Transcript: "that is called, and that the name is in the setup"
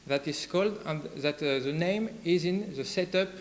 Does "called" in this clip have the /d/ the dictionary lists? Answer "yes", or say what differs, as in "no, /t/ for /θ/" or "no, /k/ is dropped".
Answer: yes